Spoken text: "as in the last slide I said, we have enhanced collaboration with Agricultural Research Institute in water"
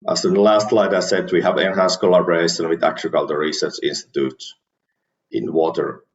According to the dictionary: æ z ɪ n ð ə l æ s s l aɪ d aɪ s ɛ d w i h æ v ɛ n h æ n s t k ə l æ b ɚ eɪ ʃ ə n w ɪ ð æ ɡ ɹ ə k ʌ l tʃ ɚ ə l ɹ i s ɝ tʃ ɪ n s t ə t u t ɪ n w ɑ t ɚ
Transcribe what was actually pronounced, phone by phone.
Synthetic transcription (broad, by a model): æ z ɪ n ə l æ s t l aɪ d aɪ s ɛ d w i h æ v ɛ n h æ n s k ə l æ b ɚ eɪ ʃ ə n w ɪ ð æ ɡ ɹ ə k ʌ l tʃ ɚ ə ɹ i s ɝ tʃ ɪ n s t ə t u t ɪ n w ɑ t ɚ